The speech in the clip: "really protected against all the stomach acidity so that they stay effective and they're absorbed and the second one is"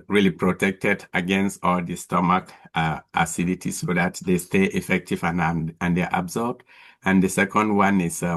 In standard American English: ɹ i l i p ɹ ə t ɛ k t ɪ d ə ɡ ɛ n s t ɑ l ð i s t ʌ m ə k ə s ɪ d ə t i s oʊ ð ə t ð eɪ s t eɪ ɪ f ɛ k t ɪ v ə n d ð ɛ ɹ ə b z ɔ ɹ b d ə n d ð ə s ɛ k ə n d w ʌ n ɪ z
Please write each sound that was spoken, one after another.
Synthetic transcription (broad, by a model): ɹ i l i p ɹ ə t ɛ k t ɪ d ə ɡ ɛ n s t ɑ l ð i s t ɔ m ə k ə s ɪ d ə t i s oʊ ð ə t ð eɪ s t eɪ ɪ f ɛ k t ɪ v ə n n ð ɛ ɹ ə b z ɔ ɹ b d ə n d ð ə s ɛ k ə n d w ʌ n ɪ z